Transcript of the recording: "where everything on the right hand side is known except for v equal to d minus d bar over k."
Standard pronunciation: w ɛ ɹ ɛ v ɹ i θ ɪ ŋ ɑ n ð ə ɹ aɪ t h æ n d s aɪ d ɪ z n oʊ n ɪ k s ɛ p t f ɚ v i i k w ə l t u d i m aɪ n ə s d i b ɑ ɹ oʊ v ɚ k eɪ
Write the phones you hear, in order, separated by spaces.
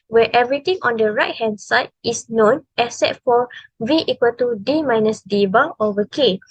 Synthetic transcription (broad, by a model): w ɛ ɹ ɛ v ɹ i t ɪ ŋ ɑ n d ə ɹ aɪ t h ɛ n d s aɪ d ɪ s n oʊ n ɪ s ɛ t f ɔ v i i k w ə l t u d i m aɪ n ə s d i b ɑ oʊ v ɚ k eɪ